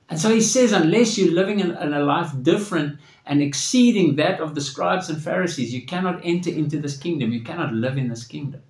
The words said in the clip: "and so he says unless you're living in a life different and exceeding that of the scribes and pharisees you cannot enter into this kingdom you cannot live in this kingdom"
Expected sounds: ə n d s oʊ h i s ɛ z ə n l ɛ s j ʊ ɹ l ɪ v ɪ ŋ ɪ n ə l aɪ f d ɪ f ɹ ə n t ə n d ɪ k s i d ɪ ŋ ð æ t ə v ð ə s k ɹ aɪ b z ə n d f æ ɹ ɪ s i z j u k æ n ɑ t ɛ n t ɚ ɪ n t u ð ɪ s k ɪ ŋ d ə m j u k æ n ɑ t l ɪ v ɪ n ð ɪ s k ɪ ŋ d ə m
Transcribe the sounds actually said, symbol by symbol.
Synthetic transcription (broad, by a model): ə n s oʊ h i s ɛ z ə n l ɛ s j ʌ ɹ l ɪ v ɪ ŋ ɪ n ə l aɪ f d ɪ f ɹ ə n t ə n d ɪ k s i d ɪ ŋ ð æ t ə v ð ə s k ɹ aɪ b z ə n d f æ ɹ ɪ s i z j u k æ n ɑ t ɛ n t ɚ ɪ n t u ð ɪ s k ɪ ŋ d ə m j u k æ n ɑ t l ɪ v ɪ n ð ɪ s k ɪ ŋ d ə m